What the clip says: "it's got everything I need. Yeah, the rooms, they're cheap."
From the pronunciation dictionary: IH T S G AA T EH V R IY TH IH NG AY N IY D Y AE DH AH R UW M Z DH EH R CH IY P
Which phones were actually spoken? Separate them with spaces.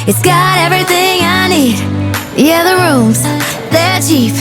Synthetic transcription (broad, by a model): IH T S G AA T EH V R IY TH IH NG AY N IY D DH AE DH AH R UW M Z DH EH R CH IY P